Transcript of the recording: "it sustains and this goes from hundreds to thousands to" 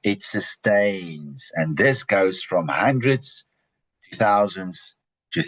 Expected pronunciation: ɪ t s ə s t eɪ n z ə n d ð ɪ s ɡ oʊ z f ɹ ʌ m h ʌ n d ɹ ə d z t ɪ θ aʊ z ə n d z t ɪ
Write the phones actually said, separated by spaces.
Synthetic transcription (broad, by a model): ɪ t s ə s t eɪ n z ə n ð ɪ s ɡ oʊ z f ɹ ʌ m h ʌ n d ɹ ə d z t ɪ θ aʊ z ə n d z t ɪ